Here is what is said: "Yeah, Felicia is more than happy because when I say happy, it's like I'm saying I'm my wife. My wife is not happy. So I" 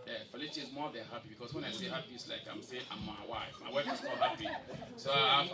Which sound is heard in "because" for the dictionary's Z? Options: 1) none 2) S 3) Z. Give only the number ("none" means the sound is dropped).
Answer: 2